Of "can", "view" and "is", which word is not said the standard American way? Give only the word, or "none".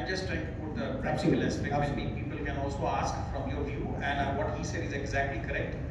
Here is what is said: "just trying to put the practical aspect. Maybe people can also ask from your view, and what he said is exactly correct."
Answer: none